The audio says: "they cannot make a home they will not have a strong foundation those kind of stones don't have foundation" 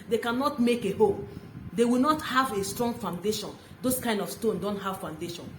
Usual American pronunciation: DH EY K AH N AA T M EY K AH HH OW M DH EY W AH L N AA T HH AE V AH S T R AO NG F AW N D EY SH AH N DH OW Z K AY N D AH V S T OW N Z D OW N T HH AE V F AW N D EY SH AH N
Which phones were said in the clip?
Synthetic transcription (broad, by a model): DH EY K AH N AA T M EY K AH HH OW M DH EY W AH L N AA T HH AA V AH S T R AO NG F AW N D EY SH AH N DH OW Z K AY N D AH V S T OW N D OW N T HH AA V F AW N D EY SH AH N